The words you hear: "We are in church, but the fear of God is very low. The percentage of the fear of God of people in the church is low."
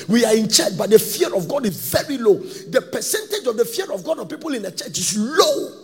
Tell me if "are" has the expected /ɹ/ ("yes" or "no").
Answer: yes